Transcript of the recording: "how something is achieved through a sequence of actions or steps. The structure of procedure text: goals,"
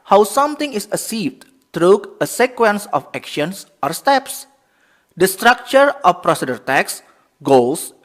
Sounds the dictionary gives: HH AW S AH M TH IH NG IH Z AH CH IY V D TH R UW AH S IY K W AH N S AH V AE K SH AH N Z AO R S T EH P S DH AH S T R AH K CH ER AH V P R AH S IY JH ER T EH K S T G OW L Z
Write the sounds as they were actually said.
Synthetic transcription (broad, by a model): HH AW S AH M T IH NG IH S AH S IY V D T R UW AH S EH K W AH N S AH F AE K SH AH N S AO R S T EH P S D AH S T R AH K CH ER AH F P R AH S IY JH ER T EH K S G OW L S